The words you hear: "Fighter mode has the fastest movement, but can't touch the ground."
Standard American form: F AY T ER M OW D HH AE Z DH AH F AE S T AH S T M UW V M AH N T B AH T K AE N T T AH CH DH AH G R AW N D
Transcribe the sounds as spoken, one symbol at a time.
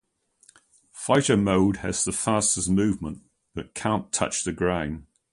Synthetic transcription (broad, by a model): F AY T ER M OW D HH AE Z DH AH F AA S T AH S M UW V M AH N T B AH T K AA N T T AH CH DH AH G R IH N